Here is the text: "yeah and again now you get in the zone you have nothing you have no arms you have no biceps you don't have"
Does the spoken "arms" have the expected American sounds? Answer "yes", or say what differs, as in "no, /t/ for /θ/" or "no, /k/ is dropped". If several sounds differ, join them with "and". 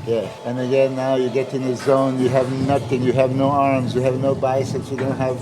yes